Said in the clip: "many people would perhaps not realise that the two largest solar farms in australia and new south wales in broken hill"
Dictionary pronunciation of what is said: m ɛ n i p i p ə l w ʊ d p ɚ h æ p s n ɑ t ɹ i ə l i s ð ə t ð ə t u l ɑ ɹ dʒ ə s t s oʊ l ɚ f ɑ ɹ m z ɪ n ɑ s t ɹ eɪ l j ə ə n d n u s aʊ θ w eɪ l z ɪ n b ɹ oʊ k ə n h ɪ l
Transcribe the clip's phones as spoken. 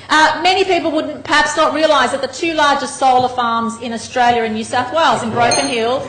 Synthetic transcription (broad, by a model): m ɛ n i p i p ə l w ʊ d p ɚ h æ p s n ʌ t ɹ i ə l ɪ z ð ə t ð ə t u l ɑ ɹ dʒ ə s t s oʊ l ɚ f ɑ ɹ m z ɪ n ɑ s t ɹ eɪ l j ə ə n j u s aʊ θ w eɪ l z ɪ n b ɹ oʊ k ə n h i l